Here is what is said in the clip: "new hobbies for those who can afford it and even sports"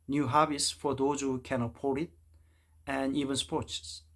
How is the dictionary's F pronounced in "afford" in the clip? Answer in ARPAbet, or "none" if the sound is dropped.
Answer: P